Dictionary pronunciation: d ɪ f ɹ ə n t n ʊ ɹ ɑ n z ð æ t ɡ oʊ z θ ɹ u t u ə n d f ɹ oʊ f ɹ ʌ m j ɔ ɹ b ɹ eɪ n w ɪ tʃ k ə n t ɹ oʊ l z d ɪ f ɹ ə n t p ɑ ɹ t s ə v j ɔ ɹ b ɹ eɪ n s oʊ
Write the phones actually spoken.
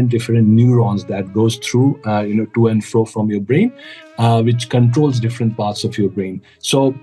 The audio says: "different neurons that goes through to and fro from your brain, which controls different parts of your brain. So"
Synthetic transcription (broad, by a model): d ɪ f ɹ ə n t n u ɹ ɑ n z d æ t ɡ oʊ z t ɹ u t u ə n d f ɹ oʊ f ɹ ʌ m j ɔ ɹ b ɹ eɪ n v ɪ tʃ k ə n t ɹ oʊ l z d ɪ f ɹ ə n t p ɑ ɹ t s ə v j ɔ ɹ b ɹ eɪ n s oʊ